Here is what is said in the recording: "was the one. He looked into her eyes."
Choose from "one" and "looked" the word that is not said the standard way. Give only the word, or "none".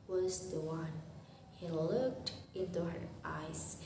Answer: none